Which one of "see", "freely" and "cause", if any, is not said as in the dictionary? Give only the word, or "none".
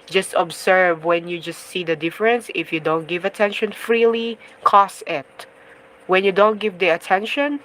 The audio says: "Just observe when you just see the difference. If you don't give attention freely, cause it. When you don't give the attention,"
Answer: cause